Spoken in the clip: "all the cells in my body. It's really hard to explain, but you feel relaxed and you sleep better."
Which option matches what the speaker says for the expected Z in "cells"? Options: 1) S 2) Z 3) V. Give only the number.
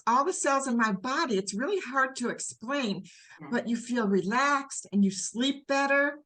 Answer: 2